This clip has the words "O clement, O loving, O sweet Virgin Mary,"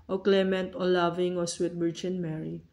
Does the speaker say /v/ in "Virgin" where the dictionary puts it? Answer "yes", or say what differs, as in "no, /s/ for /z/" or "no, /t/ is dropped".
no, /b/ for /v/